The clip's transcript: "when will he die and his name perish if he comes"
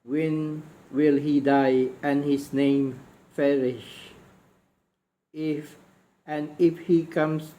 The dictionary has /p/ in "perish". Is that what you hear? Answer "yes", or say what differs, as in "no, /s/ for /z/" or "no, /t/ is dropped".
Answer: no, /f/ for /p/